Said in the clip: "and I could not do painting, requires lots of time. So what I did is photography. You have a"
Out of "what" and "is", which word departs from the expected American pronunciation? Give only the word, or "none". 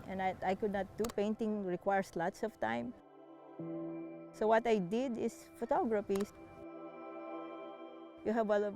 is